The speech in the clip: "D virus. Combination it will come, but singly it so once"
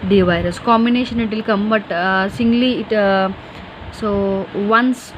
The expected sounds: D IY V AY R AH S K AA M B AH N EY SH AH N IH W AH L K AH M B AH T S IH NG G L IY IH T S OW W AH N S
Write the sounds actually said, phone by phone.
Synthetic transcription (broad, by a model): D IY V AY R AH S K AA M B AH N EY SH AH N IH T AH L K AH M B AH T S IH NG G L IY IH T S OW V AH N S